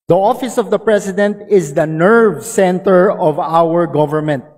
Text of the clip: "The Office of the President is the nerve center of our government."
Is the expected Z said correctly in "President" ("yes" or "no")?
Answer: no